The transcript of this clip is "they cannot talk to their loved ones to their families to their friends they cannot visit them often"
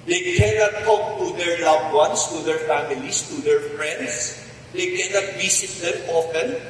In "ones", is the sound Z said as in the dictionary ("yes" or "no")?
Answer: no